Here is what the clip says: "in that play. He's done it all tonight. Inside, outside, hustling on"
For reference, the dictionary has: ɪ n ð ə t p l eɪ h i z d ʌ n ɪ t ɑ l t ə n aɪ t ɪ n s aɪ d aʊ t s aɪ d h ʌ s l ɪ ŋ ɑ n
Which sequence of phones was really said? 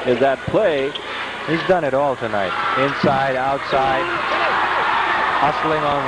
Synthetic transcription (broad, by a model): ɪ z ð ə t p l eɪ h i z d ʌ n ɪ t ɑ l t ə n aɪ t ɪ n s aɪ d aʊ t s aɪ d h ʌ s l ɪ ŋ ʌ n